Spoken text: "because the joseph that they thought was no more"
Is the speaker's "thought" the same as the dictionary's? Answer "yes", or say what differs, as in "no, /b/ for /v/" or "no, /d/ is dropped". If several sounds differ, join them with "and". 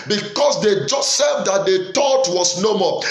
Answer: no, /t/ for /θ/